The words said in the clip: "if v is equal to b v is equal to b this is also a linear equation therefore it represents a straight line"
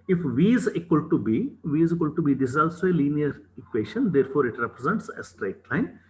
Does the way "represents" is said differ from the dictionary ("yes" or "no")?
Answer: no